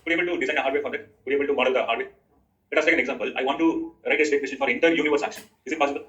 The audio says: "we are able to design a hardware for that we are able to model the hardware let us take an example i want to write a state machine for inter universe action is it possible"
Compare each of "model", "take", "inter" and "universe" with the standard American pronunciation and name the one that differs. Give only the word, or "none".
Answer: none